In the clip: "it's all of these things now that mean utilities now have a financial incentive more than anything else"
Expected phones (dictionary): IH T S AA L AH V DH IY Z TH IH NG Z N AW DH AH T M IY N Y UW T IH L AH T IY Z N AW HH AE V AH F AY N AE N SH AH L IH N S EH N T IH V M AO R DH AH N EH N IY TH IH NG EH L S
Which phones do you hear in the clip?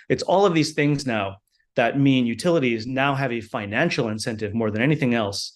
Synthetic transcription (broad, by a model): IH T S AA L AH V DH IY Z TH IH NG Z N AW DH AH T M IY N Y UW T IH L AH T IY Z N AW HH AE V AH F AY N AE N SH L IH N S EH N T IH V M AO R DH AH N EH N IY TH IH NG EH L S